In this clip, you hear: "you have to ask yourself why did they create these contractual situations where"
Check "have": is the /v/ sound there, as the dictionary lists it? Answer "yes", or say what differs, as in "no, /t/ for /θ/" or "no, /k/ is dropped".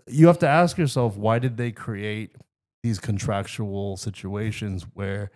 no, /f/ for /v/